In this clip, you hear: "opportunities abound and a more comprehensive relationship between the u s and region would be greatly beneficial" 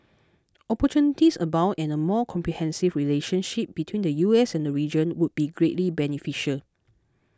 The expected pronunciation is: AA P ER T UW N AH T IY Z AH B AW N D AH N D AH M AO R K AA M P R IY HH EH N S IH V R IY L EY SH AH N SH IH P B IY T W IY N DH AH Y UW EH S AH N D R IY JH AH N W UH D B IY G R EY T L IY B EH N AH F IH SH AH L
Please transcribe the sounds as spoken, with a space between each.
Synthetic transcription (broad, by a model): AA P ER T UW N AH T IY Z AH B AW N AH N AH M AO K AA M P R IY HH EH N S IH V R IY L EY SH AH N SH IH P B IY T W IY N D AH Y UW EH S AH N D R IY JH AH N W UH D B IY G R EY T L IY B EH N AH F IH SH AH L